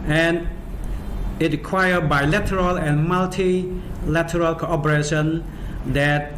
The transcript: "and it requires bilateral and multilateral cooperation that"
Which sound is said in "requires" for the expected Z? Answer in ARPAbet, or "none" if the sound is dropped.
none